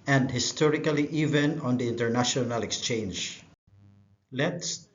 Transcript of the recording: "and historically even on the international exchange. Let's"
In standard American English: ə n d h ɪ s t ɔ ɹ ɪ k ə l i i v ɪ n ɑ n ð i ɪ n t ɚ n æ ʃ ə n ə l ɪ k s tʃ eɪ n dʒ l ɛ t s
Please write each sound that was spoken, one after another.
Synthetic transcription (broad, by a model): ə n d h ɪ s t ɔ ɹ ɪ k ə l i i v ɪ n ɑ n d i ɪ n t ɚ n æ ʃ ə n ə l ɪ k s tʃ eɪ n dʒ l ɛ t s